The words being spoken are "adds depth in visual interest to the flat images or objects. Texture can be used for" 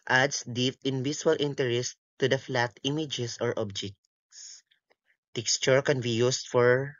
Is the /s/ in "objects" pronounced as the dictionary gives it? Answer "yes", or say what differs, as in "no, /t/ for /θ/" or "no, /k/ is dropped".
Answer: yes